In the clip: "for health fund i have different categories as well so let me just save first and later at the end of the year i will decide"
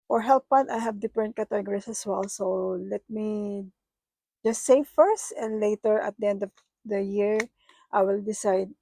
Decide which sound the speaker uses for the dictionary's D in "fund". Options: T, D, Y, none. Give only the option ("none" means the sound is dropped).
none